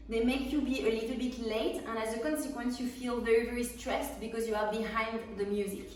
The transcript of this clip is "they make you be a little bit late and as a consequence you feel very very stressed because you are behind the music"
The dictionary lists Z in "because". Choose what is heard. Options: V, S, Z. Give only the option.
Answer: Z